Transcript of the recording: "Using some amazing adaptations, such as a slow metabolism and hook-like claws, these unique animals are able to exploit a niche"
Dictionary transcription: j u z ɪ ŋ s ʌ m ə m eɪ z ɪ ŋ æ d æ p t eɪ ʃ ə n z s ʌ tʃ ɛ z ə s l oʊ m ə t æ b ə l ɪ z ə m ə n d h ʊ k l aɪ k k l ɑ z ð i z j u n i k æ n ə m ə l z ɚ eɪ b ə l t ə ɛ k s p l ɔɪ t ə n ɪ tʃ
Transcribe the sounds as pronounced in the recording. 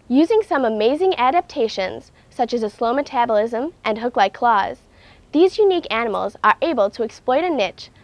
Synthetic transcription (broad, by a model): j u z ɪ ŋ s ʌ m ə m eɪ z ɪ ŋ æ d æ p t eɪ ʃ ə n z s ʌ tʃ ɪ z ə s l oʊ m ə t æ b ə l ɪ z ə m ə n h ʊ k l aɪ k k l ɑ z ð i z j u n i k æ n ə m l z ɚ eɪ b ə l t ə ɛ k s p l ɔɪ t ə n ɪ tʃ